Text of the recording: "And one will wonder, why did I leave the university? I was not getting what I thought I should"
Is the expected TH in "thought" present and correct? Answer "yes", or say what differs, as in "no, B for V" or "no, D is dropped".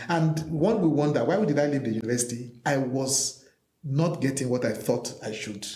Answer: yes